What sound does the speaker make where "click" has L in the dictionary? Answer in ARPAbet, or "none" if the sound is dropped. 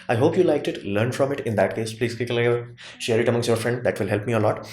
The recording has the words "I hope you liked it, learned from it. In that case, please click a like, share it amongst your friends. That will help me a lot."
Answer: none